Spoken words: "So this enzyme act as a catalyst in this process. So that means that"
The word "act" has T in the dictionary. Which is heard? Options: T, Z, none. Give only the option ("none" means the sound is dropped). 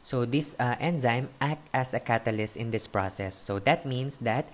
T